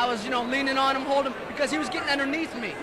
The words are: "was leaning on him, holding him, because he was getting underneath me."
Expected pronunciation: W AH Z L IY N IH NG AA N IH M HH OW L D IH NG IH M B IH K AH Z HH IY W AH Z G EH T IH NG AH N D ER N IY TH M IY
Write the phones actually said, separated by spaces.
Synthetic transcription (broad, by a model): W AH Z L IY N IH NG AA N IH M HH OW L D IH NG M B IH K AH Z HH IY W AH Z G EH T IH NG AH N D ER N IY TH M IY